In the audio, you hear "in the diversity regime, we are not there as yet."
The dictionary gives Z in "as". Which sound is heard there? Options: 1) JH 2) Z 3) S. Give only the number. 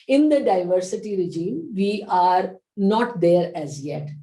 2